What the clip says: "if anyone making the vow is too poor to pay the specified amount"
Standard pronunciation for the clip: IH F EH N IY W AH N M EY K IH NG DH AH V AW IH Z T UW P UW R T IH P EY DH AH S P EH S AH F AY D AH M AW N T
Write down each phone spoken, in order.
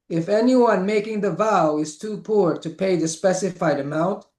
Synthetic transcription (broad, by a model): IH F EH N IY W AH N M EY K IH NG DH AH V AW IH Z T UW P UW R T IH P EY DH AH S P EH S AH F AY D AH M AW N T